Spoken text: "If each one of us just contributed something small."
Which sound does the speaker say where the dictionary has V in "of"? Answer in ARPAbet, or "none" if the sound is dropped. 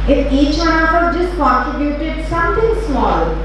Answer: P